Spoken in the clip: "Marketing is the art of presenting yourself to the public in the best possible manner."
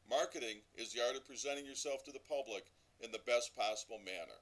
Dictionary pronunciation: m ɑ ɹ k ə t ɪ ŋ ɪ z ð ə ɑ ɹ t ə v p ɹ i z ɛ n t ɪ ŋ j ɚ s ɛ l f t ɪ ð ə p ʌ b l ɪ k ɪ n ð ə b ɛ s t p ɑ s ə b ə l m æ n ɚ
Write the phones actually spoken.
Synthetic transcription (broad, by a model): m ɑ ɹ k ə t ɪ ŋ ɪ z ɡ ɑ ɹ t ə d p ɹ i z ɛ t ɪ ŋ j ɚ s ɛ l f t ɪ ð ə p ʌ b l ɪ k ɪ n ð ə b ɛ s p ɑ s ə b l m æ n ɚ